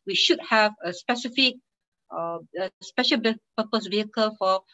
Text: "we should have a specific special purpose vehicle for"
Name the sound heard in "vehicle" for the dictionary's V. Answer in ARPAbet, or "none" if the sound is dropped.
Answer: V